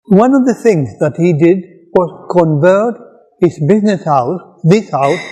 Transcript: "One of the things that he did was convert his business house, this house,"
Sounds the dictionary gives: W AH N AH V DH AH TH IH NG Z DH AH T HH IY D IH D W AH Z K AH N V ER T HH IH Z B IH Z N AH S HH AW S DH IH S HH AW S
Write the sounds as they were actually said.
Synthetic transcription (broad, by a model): W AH N AH V DH AH TH IH NG Z DH AH T HH IY D IH D W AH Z K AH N V ER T HH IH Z B IH Z N AH S HH AW S DH IH S HH AW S